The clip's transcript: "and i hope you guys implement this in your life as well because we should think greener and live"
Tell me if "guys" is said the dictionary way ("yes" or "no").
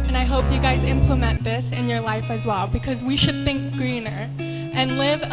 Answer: yes